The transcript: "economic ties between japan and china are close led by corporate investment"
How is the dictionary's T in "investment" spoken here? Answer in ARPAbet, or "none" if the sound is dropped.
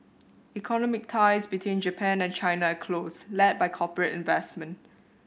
T